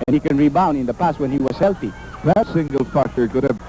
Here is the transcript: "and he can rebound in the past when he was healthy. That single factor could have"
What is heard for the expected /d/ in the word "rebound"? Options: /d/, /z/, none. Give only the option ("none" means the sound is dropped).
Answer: none